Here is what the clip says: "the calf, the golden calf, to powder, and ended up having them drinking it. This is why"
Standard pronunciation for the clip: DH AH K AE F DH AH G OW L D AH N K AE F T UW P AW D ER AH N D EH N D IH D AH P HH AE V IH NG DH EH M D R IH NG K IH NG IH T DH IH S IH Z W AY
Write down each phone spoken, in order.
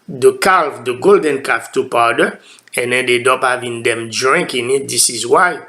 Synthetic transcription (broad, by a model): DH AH K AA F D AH G OW L D AH N K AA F T UW P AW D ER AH N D EH N D IH D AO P HH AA V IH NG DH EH M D R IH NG K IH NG IH T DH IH S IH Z W AY